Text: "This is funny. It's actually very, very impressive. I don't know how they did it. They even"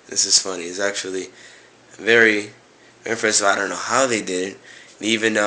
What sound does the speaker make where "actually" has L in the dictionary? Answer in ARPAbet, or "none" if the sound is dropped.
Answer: none